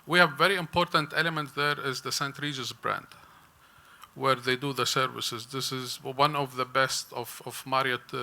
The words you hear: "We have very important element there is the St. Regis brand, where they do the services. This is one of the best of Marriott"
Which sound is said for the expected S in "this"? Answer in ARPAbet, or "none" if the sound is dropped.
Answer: S